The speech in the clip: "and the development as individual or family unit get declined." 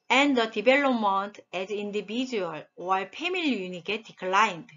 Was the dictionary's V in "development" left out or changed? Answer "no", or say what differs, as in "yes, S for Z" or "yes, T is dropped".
yes, B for V